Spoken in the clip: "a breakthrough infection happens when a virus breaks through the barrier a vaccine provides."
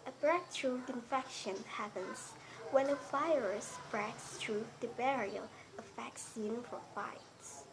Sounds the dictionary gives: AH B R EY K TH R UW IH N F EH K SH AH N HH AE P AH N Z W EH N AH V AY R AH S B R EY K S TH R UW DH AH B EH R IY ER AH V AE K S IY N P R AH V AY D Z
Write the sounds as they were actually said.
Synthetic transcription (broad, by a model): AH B R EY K T R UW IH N F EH K SH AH N HH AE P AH N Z W EH N AH F AY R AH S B R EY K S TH R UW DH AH B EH R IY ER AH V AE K S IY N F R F AY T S